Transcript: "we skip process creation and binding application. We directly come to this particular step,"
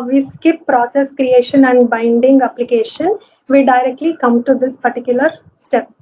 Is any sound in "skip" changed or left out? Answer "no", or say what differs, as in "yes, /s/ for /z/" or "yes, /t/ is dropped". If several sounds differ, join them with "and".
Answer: no